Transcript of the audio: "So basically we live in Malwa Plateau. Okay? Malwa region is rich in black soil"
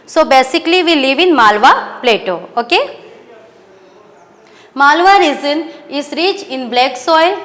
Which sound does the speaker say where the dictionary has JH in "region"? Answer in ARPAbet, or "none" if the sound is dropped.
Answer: Z